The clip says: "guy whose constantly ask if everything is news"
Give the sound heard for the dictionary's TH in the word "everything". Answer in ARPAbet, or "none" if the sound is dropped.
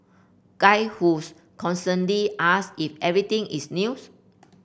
T